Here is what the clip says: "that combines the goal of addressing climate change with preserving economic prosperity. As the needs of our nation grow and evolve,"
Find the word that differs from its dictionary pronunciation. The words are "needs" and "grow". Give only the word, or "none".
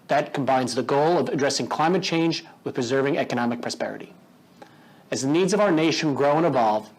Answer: none